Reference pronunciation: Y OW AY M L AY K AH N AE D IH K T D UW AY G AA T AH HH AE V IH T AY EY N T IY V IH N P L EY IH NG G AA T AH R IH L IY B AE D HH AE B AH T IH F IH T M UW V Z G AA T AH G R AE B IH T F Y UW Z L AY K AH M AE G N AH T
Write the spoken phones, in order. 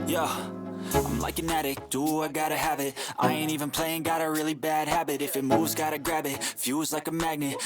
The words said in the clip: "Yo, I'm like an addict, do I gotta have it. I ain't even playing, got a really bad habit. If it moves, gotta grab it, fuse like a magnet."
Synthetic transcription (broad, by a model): Y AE AY M L AY K AH N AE D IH K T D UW AY G AA T AH HH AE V IH T AY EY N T IY V IH N P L EY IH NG G AA T AH R IH L IY B AE D HH AE B AH T IH F IH T M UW Z G AA T AH G R AE B IH T F Y UW Z L AY K AH M AE G N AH T